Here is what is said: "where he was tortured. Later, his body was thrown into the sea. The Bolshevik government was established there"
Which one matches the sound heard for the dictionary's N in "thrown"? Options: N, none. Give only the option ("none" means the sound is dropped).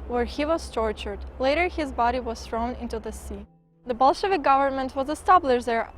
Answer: N